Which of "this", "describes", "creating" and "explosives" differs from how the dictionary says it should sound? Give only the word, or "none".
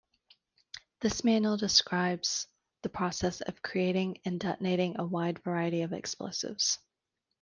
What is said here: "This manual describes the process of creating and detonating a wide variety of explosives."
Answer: none